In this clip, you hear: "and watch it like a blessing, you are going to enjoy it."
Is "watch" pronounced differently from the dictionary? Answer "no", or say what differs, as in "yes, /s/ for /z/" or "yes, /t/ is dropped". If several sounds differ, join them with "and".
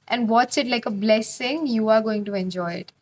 yes, /s/ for /tʃ/